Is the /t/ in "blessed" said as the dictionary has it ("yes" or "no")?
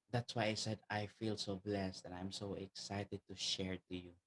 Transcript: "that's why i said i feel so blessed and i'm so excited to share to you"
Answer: yes